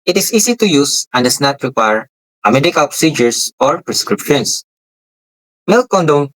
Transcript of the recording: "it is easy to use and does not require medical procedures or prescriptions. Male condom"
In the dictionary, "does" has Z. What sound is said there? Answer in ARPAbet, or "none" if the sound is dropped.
S